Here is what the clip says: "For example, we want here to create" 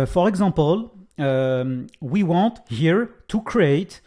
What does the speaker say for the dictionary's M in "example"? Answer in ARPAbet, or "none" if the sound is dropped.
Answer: none